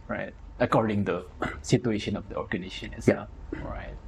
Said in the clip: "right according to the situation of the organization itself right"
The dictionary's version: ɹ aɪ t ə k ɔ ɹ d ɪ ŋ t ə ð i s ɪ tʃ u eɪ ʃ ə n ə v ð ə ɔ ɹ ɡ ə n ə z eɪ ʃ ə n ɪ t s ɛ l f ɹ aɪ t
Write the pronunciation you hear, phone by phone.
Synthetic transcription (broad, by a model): ɹ aɪ t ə k ɔ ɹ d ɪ ŋ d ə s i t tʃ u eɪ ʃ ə n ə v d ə ɔ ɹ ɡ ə n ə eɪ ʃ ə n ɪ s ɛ f ɹ aɪ t